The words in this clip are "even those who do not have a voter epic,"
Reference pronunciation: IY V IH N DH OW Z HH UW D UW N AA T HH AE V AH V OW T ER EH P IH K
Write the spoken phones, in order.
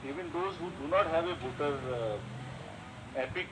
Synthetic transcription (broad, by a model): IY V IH N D OW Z HH UW D UW N AA T HH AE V AH B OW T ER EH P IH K